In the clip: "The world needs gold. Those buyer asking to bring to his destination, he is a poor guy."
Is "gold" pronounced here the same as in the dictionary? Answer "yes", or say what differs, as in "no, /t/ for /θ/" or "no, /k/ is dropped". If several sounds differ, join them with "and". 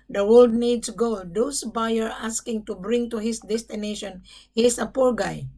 no, /l/ is dropped